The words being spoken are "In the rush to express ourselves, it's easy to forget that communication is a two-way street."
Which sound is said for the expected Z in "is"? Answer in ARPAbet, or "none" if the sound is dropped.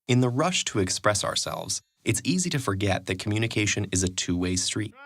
Z